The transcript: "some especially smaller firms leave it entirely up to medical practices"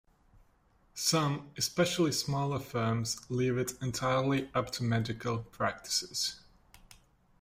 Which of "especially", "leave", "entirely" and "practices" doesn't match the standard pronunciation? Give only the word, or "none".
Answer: none